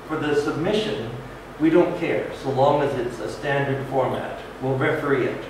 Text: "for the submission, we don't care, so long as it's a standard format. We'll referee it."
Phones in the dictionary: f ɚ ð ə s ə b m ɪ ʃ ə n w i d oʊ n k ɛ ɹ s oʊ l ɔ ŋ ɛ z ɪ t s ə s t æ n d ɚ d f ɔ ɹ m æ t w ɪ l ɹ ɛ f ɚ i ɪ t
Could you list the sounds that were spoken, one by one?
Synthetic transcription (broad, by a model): f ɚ ð ə s ə b m ɪ ʃ ə n w i d oʊ n k ɛ ɹ s oʊ l ɔ ŋ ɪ z ɪ t s ə s t æ n d ɚ d f ɔ ɹ m æ t w ɪ l ɹ ɛ f ɚ i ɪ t